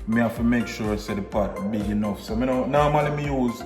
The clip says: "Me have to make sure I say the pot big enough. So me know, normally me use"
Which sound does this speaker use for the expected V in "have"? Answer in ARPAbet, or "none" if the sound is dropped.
F